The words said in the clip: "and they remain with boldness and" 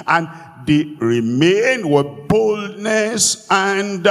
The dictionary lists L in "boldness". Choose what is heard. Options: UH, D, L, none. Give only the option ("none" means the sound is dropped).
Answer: L